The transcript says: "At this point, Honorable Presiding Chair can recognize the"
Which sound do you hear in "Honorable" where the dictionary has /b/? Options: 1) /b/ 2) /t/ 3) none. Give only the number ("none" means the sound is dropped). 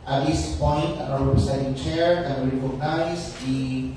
3